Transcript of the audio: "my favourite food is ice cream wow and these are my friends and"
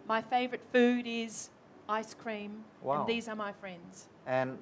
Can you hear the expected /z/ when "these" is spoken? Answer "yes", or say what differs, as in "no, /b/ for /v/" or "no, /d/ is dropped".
yes